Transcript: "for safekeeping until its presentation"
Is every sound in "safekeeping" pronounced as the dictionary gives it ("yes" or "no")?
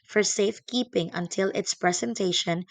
yes